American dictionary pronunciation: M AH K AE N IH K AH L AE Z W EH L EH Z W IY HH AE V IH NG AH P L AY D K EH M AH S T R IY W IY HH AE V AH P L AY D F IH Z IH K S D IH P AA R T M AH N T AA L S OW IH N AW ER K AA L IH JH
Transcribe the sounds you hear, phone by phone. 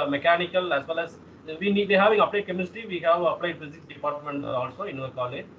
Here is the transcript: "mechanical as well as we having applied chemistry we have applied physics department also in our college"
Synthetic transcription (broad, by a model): M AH K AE N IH K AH L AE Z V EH L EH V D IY HH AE V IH NG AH P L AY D K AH M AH S T IY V IY HH AE V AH P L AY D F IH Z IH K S D IH P AA R T M AH N T AA L S OW IH N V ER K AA L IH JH